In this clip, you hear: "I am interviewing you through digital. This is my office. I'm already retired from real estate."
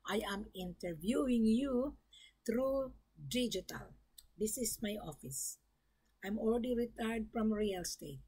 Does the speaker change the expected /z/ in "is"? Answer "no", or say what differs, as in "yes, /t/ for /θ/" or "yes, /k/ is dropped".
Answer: yes, /s/ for /z/